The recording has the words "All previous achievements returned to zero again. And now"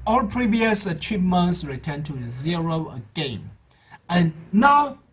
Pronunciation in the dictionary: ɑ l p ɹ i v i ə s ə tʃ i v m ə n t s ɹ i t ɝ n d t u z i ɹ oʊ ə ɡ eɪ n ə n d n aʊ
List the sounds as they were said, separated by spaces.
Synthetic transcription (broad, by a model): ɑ l p ɹ i v i ə s ə tʃ i v m ə n t s ɹ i t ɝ n t u z i ɹ oʊ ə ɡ eɪ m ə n n aʊ